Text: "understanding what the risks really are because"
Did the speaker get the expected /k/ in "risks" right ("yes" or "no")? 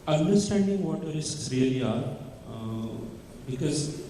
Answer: no